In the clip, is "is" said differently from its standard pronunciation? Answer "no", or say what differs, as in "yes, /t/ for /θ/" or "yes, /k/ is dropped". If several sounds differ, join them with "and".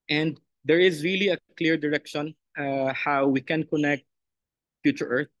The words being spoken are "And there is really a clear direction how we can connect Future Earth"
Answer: no